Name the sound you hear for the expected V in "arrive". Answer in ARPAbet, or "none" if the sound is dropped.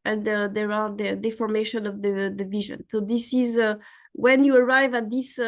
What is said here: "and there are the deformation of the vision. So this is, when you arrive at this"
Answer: V